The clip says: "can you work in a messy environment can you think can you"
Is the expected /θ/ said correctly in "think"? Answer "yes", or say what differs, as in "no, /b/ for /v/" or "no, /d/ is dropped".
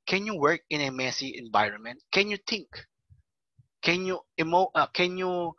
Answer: no, /t/ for /θ/